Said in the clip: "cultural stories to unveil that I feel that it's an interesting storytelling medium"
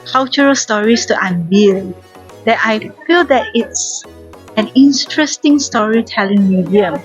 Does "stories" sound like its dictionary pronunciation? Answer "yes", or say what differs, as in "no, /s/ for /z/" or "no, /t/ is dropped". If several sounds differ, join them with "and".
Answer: no, /s/ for /z/